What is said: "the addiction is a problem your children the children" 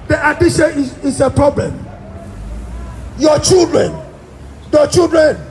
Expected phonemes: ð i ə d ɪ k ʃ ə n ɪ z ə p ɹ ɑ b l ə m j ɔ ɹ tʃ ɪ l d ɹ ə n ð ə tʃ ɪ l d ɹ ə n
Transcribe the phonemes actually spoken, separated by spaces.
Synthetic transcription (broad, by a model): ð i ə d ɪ ʃ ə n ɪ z ə p ɹ ɑ b l ə m j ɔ tʃ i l d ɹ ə n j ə tʃ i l d ɹ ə n